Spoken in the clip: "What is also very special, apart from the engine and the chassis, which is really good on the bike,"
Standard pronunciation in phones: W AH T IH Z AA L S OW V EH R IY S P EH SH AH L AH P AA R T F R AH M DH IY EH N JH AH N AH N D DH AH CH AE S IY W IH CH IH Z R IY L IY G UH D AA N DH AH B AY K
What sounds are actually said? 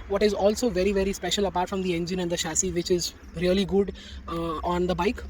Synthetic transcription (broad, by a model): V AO T IH Z AA L S OW V EH R IY S P EH SH AH L AH P AA R T F R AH M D IY EH N JH AH N AH N D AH SH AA S IY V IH CH IH Z R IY L IY G UH D AA N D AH B AY K